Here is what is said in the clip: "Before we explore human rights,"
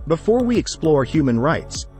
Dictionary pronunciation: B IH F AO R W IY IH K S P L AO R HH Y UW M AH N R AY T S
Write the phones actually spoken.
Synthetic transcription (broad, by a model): B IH F AO R W IY IH K S P L AO R HH Y UW M AH N R AY T S